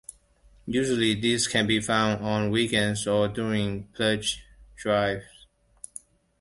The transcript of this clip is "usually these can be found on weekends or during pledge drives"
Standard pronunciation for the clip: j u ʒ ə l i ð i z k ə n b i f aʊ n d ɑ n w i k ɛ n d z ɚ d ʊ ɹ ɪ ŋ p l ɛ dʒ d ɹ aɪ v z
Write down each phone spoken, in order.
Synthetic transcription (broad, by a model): j u ʒ ə l i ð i s k ə n b i f aʊ n d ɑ n w i k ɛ n d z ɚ d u ɹ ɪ ŋ p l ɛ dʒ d ɹ aɪ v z